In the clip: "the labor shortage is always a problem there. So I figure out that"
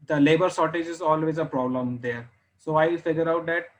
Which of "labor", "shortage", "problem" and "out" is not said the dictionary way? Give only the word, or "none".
shortage